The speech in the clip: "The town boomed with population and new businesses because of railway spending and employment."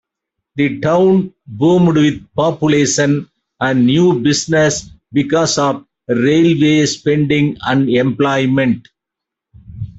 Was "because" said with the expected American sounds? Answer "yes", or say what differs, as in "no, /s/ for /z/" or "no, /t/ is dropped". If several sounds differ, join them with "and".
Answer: no, /s/ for /z/